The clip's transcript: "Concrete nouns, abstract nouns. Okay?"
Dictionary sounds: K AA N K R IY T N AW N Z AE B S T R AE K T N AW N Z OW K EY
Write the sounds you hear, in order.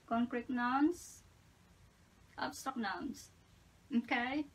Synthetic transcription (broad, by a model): K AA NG K R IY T N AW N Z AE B S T AO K N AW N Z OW K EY